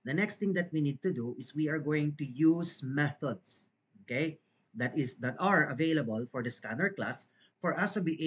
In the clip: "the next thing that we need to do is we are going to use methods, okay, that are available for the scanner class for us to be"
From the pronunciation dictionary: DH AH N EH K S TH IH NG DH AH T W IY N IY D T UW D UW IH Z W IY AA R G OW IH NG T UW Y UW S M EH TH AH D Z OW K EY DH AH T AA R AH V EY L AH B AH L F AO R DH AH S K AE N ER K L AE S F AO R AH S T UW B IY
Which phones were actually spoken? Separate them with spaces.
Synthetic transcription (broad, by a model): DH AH N EH K S T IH NG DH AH T W IY N IY D T UW D UW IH S W IY AA R G OW IH NG T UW Y UW S M EH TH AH D S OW K EY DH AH T AA R AH V EY L AH B AH L F AO R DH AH S K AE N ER K L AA S F AO R AH S T UW B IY